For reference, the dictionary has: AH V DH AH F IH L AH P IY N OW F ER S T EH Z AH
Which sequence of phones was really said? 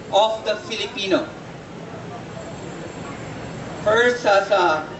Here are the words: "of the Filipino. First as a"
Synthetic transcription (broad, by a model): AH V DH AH F IH L AH P IY N OW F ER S AA S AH